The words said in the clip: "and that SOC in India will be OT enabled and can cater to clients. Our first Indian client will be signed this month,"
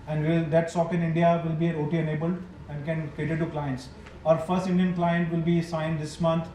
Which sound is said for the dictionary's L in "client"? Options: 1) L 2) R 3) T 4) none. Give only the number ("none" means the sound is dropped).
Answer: 1